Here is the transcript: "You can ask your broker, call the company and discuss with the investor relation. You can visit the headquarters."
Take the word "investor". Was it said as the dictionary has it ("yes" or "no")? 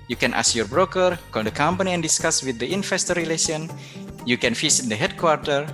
no